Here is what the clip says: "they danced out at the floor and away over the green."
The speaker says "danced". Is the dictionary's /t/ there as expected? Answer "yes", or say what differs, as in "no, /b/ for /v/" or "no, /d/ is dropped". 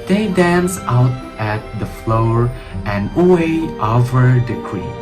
no, /t/ is dropped